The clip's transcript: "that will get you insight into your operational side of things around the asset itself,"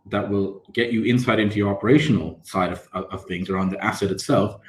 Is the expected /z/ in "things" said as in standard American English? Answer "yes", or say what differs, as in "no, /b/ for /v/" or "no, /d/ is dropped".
yes